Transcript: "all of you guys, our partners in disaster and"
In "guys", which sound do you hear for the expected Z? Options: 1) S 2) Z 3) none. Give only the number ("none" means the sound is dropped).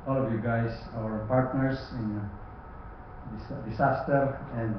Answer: 1